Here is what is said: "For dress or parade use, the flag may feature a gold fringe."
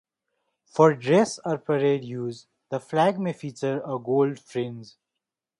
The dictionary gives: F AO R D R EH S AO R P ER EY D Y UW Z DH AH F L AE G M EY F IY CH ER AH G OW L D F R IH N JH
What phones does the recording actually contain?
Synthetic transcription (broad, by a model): F AO R D R EH S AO R P ER EY D Y UW Z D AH F L AE G M EY F IY CH ER AH G OW L D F R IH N Z